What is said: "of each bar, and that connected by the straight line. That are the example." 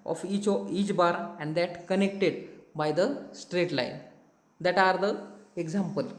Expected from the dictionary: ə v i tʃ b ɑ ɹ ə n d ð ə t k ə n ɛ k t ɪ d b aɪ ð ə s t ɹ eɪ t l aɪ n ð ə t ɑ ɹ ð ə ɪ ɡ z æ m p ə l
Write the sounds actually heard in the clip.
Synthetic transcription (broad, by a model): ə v i tʃ b ɑ ɹ ə n d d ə t k ə n ɛ k t ɪ d b aɪ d ə s t ɹ eɪ t l aɪ n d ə t ɑ ɹ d ə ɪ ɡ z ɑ m p ə l